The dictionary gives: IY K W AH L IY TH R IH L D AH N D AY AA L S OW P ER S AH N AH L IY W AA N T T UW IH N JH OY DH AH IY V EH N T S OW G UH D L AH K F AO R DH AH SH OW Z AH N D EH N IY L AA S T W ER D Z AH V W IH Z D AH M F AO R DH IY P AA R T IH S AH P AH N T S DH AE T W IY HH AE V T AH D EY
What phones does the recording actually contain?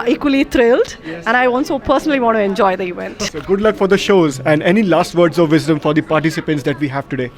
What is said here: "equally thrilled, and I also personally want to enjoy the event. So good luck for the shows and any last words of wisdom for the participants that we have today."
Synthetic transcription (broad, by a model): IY K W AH L IY T R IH L D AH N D AY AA N S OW P ER S AH N AH L IY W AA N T T UW IH N JH OY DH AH IY V EH N T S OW G UH D L AH K F AO R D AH SH OW Z AH N D EH N IY L AA S T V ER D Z AH V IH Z D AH M F AO R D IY P AA R T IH S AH P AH N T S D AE T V IY HH AE V T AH D EY